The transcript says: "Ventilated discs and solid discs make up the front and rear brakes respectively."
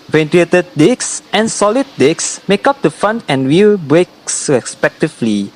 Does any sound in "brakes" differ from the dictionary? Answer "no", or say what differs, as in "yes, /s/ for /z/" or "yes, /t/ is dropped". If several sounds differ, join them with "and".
no